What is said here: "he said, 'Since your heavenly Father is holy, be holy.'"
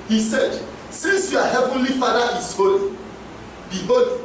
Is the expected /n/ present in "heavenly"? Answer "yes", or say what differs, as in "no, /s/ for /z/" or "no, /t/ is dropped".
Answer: yes